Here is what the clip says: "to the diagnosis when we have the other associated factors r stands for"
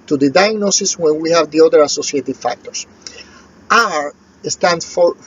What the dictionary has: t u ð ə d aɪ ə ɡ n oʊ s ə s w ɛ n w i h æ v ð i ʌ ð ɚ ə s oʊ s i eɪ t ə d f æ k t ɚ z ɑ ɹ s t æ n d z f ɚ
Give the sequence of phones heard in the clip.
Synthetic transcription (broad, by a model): t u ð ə d aɪ ə ɡ n oʊ s ə s w ɛ n w i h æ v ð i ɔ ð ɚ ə s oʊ s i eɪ t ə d f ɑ k t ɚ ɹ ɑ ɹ s t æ n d f